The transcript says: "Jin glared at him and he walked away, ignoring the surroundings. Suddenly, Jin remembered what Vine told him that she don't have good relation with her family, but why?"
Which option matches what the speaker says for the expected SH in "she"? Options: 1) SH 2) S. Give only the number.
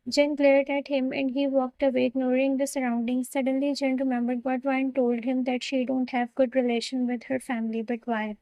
1